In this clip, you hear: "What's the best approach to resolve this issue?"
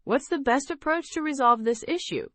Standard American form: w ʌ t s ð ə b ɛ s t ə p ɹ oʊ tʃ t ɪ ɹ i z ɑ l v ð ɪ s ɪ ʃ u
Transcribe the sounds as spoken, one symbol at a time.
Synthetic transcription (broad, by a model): w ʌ t s ð ə b ɛ s t ə p ɹ oʊ tʃ t ɪ ɹ i z ɑ l v ð ɪ s ɪ ʃ u